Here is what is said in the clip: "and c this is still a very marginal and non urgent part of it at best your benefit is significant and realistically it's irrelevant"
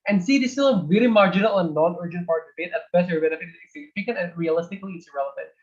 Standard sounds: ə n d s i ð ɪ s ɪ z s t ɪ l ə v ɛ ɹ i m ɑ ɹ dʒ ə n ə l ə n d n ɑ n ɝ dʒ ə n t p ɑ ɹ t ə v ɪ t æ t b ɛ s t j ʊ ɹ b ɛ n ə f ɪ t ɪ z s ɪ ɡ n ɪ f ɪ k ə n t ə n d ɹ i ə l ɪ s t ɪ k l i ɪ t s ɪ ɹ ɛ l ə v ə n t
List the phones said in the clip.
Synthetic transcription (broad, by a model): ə n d s i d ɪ s t ɪ l ə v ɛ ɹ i m ɑ ɹ dʒ ə n ə l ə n n ɑ n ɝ dʒ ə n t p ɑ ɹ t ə b ɪ t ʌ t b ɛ t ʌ ɹ b ɛ n ə f ɪ t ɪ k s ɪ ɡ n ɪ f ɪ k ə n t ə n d ɹ i ə l ɪ s t ɪ k l i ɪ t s ɹ ɛ l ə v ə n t